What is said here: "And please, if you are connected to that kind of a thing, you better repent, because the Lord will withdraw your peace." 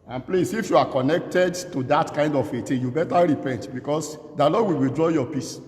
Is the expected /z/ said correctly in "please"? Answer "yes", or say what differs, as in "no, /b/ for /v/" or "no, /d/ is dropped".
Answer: no, /s/ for /z/